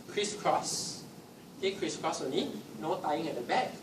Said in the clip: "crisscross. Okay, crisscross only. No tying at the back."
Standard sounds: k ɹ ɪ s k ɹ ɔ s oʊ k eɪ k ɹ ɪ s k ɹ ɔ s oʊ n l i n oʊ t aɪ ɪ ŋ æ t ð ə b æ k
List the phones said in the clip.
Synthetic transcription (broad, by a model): k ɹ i s k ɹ ɔ s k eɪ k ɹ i s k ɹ ɔ s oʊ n i n oʊ t aɪ ɪ ŋ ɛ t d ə b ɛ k